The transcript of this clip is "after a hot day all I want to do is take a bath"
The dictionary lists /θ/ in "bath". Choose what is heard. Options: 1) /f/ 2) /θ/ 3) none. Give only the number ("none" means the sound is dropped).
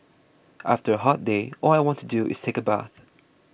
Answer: 2